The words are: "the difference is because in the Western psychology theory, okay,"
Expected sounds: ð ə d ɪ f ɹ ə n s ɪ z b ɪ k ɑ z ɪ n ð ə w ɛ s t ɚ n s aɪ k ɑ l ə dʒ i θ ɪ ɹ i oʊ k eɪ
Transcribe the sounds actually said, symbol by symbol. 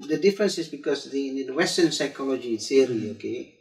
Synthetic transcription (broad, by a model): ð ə d ɪ f ɹ ə n s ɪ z b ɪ k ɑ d ɪ n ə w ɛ s t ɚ n s aɪ k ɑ l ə dʒ i s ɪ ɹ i oʊ k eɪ